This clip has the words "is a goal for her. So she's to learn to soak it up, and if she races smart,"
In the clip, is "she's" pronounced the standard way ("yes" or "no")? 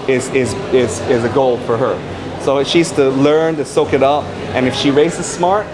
yes